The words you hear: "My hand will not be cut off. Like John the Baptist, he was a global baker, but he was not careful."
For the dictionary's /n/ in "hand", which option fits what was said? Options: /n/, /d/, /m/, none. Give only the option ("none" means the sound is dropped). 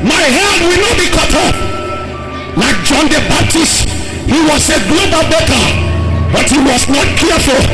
none